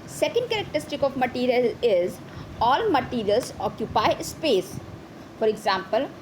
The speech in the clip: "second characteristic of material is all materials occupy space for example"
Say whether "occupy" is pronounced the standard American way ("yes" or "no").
yes